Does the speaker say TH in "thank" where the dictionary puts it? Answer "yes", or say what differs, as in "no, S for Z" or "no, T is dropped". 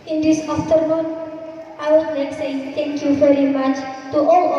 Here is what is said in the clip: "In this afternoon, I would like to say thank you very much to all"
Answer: no, T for TH